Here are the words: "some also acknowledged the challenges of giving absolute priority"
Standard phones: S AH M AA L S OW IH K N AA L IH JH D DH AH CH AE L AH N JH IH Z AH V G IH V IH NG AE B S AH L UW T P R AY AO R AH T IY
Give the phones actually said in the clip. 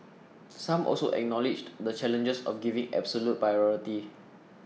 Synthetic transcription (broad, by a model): S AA M AA L S OW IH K N AA L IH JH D AH CH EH L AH N JH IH S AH F G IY V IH NG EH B S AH L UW T P R AY AO R AH T IY